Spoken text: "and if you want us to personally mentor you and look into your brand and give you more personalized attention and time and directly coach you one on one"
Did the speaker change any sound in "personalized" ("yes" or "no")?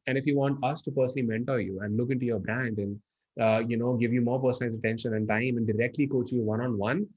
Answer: yes